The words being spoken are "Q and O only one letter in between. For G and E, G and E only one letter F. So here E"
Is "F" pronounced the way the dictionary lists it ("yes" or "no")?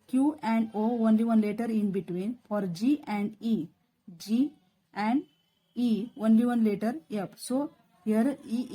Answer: no